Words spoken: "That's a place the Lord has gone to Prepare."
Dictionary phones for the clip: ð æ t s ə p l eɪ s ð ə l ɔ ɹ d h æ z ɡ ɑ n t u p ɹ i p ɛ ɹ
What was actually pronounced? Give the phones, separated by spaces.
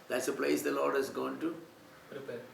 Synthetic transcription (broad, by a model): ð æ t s ə p l eɪ s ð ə l ɔ ɹ d h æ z ɡ ɑ n t u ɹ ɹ